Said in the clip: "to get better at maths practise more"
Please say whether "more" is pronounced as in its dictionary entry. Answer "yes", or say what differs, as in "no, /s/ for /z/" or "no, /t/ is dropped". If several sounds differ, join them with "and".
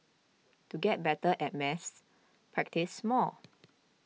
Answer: no, /l/ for /ɹ/